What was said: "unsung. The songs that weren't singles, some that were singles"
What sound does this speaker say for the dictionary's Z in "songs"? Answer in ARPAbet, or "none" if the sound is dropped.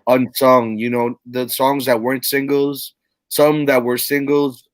Z